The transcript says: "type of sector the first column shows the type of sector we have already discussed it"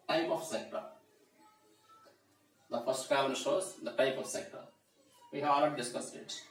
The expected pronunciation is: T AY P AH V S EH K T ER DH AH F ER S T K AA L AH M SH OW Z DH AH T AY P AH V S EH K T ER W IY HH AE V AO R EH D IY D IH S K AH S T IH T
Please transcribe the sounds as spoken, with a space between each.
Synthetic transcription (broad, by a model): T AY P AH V S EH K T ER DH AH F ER S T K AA N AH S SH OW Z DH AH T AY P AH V S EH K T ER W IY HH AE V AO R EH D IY D IH S K AH S T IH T